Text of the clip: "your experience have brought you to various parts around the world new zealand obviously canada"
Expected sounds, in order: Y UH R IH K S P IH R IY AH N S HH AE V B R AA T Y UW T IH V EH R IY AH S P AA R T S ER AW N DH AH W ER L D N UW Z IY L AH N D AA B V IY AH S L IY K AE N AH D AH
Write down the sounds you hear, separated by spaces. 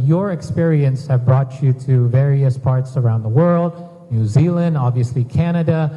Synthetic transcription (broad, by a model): Y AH R IH K S P IH R IY AH N S HH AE V B R AA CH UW T IH V EH R IY AH S P AA R T S ER AW N DH AH W ER L D N UW Z IY L AH N D AA B V IY AH S L IY K AE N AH D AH